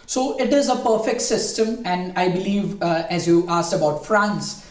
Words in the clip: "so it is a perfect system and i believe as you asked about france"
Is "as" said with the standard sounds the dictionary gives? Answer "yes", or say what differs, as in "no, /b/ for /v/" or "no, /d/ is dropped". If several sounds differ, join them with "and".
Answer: yes